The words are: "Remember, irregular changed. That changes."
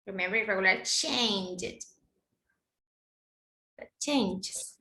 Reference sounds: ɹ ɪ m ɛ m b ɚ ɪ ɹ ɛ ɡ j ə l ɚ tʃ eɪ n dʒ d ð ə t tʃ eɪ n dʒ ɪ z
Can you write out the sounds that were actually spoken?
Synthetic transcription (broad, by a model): ɹ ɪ m ɛ m b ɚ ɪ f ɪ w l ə ɪ tʃ eɪ n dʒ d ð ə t tʃ eɪ n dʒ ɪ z